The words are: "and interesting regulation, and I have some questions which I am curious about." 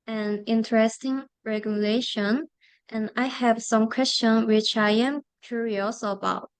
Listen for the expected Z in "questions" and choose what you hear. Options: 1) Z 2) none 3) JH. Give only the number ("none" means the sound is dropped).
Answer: 2